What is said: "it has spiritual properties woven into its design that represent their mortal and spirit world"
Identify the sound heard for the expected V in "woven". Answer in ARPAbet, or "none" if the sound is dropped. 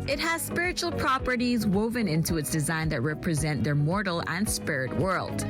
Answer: V